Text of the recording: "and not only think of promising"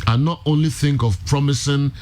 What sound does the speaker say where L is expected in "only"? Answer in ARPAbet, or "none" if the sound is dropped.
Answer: L